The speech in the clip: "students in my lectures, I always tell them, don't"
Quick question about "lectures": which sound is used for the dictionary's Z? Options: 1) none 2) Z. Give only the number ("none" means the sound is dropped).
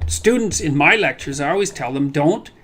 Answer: 2